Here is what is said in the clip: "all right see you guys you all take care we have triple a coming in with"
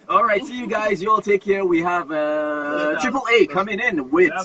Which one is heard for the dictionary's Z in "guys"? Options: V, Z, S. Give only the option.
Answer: Z